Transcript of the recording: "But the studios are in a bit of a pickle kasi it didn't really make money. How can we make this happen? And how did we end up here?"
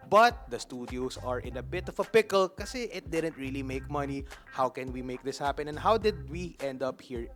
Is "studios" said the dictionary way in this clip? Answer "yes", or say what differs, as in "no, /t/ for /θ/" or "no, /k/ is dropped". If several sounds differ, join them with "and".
no, /s/ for /z/